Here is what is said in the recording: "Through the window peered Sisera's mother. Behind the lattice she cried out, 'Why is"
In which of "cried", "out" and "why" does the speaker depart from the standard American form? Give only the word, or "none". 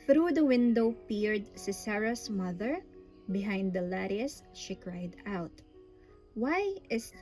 none